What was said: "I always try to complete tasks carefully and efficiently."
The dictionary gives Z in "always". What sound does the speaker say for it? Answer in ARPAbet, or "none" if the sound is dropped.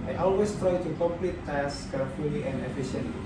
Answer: S